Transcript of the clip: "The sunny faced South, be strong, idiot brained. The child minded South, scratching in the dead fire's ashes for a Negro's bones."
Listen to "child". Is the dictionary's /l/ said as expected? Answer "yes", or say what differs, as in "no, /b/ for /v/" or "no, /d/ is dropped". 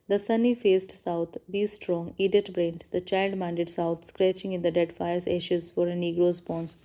yes